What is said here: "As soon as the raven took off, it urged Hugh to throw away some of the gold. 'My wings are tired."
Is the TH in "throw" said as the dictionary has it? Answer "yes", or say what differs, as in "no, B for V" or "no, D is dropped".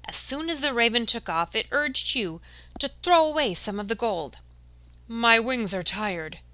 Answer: yes